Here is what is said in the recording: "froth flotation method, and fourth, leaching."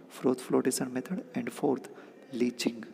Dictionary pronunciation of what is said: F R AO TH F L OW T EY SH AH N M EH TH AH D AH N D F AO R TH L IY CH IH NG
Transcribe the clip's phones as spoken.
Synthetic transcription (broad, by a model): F R AO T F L OW T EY S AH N M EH T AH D AH N D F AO R T L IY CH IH NG